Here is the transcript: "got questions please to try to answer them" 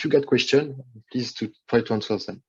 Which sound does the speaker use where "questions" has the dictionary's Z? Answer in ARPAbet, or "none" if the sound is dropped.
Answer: none